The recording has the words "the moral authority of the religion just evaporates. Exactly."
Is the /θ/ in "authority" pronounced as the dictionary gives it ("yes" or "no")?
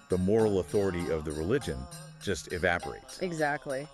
yes